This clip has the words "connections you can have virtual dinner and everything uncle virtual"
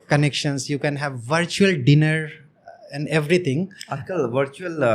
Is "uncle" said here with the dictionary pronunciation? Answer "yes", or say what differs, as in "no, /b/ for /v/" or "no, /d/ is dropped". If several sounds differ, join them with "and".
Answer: no, /ŋ/ is dropped